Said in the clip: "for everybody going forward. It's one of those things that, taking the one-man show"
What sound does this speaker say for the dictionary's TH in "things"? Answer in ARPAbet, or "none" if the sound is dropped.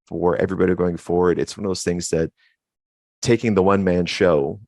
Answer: TH